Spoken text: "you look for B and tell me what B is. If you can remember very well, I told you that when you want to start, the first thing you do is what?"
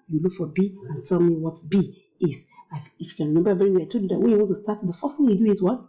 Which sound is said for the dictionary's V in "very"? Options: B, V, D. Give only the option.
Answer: B